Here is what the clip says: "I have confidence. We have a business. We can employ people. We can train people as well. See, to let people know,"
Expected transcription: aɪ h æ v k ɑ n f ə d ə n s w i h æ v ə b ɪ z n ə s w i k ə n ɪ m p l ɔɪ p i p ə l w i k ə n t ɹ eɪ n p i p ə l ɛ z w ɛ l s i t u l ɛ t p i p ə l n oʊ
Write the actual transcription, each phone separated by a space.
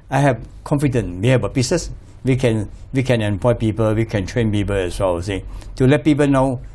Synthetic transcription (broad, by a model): aɪ h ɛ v k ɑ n f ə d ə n w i h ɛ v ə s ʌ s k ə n w i k ə n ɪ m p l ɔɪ p i p ə l w i k ə n t ɹ eɪ n p i p ə l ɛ s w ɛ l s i t u l ɛ t p i p ə l n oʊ